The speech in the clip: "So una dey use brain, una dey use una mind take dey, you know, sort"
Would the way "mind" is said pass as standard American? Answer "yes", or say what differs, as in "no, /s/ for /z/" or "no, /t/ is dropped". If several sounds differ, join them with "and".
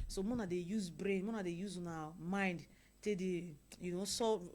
yes